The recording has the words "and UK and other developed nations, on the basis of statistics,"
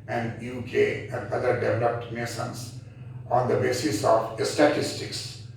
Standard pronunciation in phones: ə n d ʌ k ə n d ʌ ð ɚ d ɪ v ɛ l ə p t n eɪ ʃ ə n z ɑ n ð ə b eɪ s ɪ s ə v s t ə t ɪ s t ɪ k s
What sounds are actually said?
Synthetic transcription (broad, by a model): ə n d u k ə n d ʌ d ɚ d ɪ v ɛ l ə p t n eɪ s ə n s ɑ n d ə b eɪ s ɪ s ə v s t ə t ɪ s t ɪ k s